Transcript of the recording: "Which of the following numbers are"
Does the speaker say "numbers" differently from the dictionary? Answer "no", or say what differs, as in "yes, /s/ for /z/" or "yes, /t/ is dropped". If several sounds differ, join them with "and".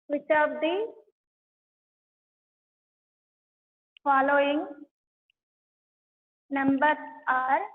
yes, /z/ is dropped